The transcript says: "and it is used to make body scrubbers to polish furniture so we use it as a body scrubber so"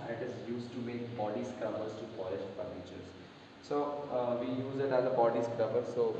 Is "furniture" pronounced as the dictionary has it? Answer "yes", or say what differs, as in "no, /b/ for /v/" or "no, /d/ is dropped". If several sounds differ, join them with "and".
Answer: no, /p/ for /f/ and /l/ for /n/